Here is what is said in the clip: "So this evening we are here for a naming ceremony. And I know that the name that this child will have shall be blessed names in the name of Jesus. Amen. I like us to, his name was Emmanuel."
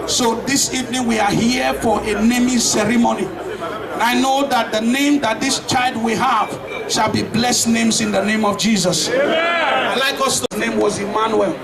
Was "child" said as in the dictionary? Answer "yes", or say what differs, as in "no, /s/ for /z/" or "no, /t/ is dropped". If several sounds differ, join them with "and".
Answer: yes